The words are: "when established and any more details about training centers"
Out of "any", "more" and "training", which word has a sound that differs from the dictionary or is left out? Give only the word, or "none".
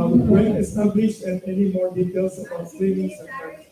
training